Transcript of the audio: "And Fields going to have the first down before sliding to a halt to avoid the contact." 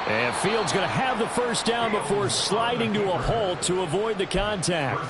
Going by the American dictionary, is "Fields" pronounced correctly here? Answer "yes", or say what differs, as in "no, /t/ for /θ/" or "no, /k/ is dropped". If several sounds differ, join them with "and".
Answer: yes